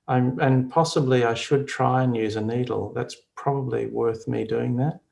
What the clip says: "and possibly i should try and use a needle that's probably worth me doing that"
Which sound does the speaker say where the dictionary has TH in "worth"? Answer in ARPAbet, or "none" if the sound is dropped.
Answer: TH